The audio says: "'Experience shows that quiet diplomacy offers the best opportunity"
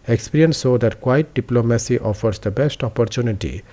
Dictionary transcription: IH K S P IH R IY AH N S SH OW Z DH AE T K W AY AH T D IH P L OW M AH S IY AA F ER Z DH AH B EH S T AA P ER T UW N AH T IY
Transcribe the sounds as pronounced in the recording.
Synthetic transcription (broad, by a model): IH K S P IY R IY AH N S S OW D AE T K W AY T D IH P L OW M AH S IY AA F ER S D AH B EH S T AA P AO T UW N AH T IY